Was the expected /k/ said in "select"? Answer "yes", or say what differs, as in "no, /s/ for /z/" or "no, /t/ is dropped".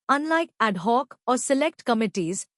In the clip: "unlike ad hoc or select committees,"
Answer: yes